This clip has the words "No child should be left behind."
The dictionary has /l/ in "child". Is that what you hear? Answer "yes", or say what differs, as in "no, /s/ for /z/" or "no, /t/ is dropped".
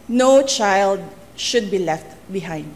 yes